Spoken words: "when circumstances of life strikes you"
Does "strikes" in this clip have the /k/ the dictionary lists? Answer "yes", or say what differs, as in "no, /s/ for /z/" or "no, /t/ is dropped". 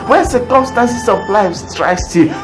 no, /k/ is dropped